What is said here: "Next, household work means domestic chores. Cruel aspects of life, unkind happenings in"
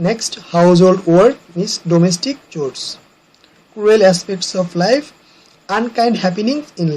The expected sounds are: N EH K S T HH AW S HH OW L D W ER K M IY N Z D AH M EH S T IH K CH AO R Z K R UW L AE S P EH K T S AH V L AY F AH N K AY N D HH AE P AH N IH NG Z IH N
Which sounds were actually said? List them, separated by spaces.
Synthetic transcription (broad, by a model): N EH K S T HH AW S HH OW L D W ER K M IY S D AH M EH S T IH K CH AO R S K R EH L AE S P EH K T S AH P L AY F AH N K AY N D HH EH P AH N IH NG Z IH N